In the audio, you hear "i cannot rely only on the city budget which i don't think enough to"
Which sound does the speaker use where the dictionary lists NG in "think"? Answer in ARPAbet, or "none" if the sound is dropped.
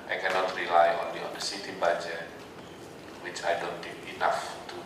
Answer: none